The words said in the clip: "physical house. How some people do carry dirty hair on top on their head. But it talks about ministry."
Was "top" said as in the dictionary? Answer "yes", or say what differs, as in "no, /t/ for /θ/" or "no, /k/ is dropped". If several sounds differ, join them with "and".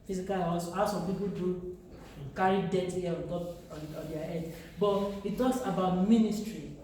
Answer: no, /p/ is dropped